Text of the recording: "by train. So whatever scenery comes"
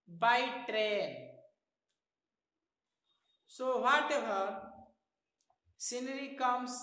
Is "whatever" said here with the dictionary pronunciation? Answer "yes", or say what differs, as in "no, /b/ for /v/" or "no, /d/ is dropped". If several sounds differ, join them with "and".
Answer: no, /b/ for /v/